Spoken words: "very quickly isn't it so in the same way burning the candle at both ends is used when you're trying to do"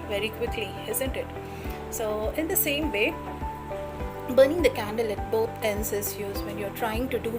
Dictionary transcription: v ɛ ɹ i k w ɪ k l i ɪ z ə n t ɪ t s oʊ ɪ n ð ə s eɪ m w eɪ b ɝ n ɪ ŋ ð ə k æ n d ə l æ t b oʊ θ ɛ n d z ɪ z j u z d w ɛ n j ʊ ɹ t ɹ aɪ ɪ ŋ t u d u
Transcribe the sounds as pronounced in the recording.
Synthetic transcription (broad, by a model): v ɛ ɹ i k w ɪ k l i ɪ z ə n t ɪ t s oʊ ɪ n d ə s eɪ m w eɪ b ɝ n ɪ ŋ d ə k æ n d ə l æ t b oʊ t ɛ n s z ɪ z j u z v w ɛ n j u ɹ t ɹ aɪ ɪ ŋ t u d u